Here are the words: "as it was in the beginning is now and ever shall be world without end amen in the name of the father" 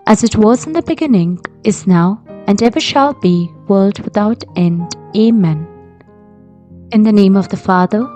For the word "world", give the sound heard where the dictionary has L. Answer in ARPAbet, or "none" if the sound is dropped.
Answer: L